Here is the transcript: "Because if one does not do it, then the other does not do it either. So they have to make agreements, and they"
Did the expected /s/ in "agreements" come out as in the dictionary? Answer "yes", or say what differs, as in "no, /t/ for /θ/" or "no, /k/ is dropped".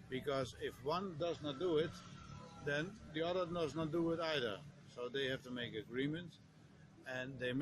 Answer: no, /s/ is dropped